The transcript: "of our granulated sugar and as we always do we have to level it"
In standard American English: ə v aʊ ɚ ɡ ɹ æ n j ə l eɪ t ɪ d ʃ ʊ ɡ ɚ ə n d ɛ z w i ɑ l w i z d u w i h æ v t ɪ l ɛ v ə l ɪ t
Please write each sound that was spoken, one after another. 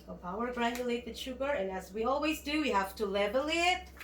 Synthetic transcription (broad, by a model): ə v aʊ ɚ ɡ ɹ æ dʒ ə l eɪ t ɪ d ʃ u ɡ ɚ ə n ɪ z w i ɑ l w i z d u w i h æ f t ɪ l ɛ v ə l ɪ t